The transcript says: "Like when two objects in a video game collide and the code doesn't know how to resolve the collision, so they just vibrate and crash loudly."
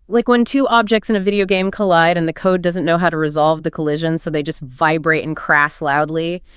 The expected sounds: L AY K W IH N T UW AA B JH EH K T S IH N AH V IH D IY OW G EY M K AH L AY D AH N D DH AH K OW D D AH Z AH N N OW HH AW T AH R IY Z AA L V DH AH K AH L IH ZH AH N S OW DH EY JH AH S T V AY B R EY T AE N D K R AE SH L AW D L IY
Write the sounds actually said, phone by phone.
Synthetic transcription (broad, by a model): L AY K W IH N T UW AA B JH EH K T S IH N AH V IH D IY OW G EY M K AH L AY D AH N DH AH K OW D D AH Z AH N N OW HH AW T AH R IY Z AA L V DH AH K AH L IH ZH AH N S OW DH EY JH AH S T V AY B R EY T N K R AE S L AW D L IY